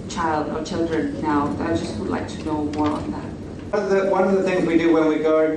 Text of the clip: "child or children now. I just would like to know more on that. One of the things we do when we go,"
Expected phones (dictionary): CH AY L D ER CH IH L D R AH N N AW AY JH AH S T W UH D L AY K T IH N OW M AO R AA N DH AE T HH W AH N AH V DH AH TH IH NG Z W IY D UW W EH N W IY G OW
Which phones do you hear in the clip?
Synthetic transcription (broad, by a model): CH AY L D ER CH IH L D R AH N N AW AY JH AH S T W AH D L AY K T IH N OW M AO R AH N DH AE T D W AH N AH V DH AH TH IH NG Z W IY D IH W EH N W IY G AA